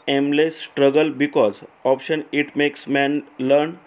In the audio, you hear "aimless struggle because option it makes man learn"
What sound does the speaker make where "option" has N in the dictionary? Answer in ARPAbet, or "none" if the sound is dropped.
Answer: N